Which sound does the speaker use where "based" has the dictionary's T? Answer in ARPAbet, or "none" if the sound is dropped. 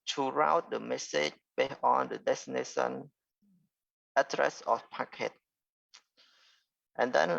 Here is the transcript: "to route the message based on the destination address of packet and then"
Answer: none